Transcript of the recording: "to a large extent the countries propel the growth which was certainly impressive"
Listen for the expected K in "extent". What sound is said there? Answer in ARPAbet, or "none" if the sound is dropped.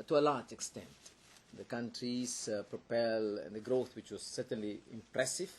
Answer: K